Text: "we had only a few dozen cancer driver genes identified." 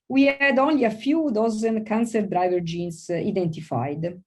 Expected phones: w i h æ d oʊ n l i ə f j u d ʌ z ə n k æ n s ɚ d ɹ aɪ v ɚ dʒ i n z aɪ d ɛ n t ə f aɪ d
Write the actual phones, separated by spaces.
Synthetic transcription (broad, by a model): w i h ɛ d oʊ n l i ə f j u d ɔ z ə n k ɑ n s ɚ d ɹ aɪ v ɚ dʒ i n s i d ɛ n t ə f aɪ d